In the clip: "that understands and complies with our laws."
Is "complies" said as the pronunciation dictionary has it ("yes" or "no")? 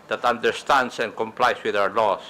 no